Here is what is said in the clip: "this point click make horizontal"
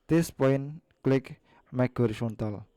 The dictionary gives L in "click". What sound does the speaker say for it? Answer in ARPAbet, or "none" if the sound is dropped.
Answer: L